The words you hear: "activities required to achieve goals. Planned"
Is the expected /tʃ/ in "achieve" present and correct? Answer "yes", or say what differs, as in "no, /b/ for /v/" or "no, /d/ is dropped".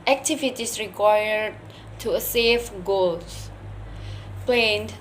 no, /s/ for /tʃ/